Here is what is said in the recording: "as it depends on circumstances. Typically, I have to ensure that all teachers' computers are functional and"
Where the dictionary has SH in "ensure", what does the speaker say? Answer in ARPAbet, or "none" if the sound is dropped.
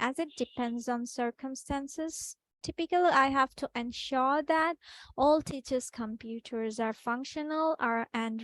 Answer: SH